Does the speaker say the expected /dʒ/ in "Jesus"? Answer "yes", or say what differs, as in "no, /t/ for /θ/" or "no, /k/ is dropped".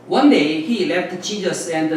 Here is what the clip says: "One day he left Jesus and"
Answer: no, /tʃ/ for /dʒ/